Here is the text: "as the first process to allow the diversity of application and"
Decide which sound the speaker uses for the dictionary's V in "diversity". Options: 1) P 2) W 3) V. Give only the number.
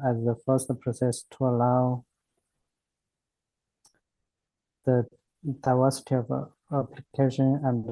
2